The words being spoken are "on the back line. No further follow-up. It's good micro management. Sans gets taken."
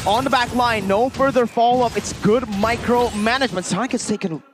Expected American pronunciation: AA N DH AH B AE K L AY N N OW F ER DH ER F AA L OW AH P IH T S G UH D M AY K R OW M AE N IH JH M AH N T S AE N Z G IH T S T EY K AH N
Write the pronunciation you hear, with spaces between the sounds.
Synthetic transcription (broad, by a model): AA N DH AH B AE K L AY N N OW F ER DH ER F AA L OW AH P IH T S G UH D M AY K R OW M AE N IH JH M AH N T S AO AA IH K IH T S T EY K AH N